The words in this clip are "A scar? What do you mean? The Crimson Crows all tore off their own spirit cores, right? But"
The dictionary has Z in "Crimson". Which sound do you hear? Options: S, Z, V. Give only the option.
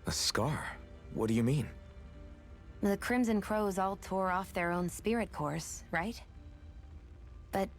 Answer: Z